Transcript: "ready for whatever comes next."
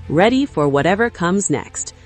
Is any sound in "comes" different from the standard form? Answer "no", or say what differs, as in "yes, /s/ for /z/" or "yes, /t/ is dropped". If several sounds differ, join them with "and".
no